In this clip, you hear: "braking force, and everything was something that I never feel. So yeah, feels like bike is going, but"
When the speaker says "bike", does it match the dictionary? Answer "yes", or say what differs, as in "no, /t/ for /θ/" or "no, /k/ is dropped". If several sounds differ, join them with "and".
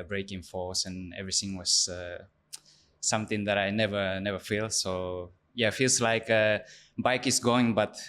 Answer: yes